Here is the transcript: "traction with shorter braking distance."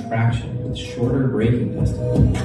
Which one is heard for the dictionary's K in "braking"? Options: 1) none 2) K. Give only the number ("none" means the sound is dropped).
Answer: 1